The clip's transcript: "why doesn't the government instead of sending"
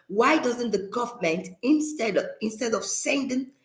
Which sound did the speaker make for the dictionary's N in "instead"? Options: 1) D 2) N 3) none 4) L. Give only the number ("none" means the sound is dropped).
2